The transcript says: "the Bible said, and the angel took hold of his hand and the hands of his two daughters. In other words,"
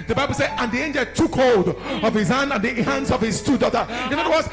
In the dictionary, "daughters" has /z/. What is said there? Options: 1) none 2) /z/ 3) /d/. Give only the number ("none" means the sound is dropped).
1